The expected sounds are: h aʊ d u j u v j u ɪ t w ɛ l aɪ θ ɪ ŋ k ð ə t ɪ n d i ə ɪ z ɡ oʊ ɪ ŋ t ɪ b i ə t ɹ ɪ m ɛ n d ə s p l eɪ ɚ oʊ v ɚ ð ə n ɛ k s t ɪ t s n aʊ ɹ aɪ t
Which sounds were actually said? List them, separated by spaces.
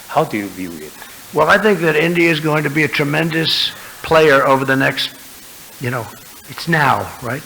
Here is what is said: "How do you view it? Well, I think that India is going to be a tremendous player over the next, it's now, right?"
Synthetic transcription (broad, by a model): h aʊ d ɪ j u v j u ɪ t w ɛ l aɪ θ ɪ ŋ k ð ə t ɪ n d i ə ɪ z ɡ oʊ ɪ ŋ t ɪ b i ə t ɹ ɪ m ɛ n d ə s p l eɪ ɚ oʊ v ɚ ð ə n ɛ k s t ɪ t s n aʊ ɹ aɪ t